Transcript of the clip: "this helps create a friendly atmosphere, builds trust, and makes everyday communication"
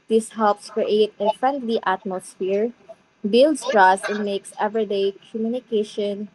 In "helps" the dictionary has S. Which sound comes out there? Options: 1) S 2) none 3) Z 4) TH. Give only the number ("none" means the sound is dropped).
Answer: 1